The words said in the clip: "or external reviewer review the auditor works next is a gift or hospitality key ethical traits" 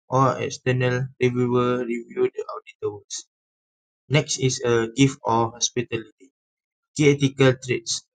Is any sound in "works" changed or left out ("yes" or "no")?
yes